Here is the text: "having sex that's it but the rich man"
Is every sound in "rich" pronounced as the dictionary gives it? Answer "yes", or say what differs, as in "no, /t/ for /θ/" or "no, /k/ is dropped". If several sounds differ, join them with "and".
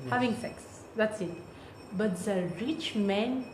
yes